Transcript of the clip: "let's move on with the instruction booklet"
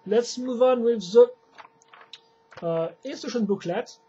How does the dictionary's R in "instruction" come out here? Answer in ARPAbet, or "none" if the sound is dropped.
none